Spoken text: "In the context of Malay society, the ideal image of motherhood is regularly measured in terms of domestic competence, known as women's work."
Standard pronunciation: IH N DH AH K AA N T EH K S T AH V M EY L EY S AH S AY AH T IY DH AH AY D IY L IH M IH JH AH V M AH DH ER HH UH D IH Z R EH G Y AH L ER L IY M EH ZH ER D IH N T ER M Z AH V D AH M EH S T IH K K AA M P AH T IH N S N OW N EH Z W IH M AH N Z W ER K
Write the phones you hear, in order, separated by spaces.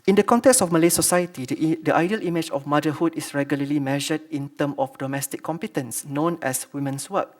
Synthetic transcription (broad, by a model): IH N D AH K AA N T EH K S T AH F M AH L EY S AH S AY AH T IY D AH AY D IY L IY M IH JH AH F M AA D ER HH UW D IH S R EH G Y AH L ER L IY M EH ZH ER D IH N T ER M AH F D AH M EH S T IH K K AA M P AH T IH N S N OW N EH S W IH M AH N S W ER K